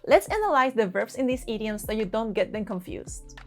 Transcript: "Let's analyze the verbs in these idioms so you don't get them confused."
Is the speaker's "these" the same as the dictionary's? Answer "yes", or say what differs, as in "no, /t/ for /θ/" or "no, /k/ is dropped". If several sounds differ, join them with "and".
no, /s/ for /z/